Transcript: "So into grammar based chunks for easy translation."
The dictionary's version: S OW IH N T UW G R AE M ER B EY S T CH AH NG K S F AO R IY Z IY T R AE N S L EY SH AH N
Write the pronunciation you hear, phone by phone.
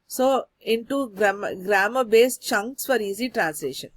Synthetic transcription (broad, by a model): S OW IH N T UW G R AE M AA B EY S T CH AH NG K S F AO R IY Z IY T R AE N S L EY SH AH N